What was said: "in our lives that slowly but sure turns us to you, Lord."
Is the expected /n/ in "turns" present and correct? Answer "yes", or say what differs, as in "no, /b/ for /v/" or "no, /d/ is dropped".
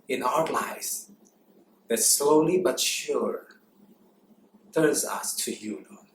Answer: no, /n/ is dropped